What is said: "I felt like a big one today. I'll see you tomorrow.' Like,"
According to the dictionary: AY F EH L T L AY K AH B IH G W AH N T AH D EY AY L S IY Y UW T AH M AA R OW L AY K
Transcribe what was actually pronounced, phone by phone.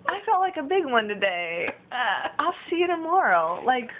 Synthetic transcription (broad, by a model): AY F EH T L AY K AH B IH G W AH N T AH D EY AY L S IY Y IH T AH M AA R OW L AY K